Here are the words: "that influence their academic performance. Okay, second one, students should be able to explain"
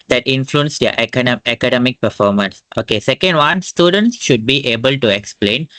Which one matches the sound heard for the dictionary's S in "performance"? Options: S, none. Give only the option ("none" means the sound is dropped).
S